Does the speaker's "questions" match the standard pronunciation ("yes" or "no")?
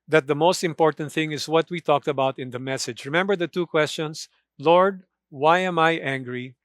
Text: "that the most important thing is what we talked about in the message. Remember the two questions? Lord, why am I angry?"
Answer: no